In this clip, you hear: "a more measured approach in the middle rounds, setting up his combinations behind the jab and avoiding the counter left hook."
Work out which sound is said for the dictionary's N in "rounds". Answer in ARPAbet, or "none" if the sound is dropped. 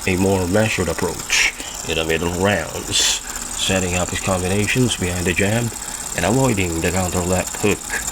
N